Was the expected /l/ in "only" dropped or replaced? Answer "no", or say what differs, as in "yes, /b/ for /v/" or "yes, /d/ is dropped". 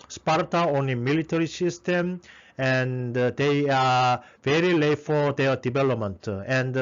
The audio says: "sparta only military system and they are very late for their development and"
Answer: yes, /l/ is dropped